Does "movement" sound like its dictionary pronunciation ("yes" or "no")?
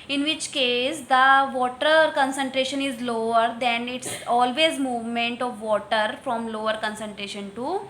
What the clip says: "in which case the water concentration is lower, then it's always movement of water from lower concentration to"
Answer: yes